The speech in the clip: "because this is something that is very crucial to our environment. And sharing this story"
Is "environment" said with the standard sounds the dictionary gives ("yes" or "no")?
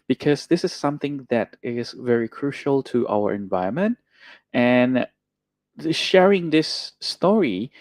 no